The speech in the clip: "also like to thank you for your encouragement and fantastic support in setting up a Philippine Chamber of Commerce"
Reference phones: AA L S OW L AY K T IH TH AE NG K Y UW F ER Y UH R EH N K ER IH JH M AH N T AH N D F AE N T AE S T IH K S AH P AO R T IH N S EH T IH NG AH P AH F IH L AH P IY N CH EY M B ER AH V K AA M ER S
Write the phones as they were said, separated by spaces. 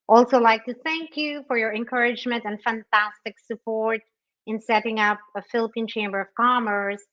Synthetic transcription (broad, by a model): AA L S OW L AY K T IH TH AE NG K Y UW F ER Y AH R EH N K ER IH JH M AH N T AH N F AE N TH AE S T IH K S AH P AO R T IH N S EH T IH NG AH P AH F IH L AH P IY N CH EY M B ER AH V K AA M ER S